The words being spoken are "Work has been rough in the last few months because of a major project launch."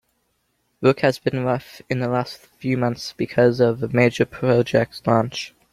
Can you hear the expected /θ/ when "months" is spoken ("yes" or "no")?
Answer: yes